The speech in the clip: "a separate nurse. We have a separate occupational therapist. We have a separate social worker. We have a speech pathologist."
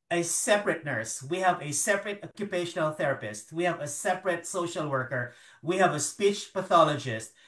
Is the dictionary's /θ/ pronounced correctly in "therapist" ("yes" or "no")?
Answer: yes